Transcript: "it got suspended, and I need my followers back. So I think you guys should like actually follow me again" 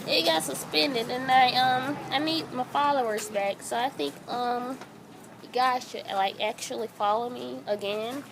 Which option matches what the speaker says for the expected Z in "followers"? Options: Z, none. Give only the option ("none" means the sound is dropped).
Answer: Z